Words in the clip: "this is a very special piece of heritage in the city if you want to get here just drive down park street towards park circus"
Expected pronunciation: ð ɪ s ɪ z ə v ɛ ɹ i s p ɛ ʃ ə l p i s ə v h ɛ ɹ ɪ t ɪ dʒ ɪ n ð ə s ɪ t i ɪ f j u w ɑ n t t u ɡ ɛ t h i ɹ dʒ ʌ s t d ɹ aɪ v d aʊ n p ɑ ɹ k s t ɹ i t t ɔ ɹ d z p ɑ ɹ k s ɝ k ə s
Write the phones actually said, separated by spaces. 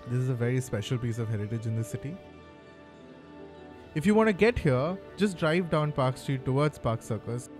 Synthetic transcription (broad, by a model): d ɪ s ɪ z ə v ɛ ɹ i s p ɛ ʃ ə l p i s ə v h ɛ ɹ ɪ t ɪ dʒ ɪ n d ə s ɪ t i ɪ f j u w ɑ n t t u ɡ ɛ t h i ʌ dʒ ʌ s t d ɹ aɪ v d aʊ n p ɑ ɹ k s t ɹ i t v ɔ ɹ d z p ɑ ɹ k s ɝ k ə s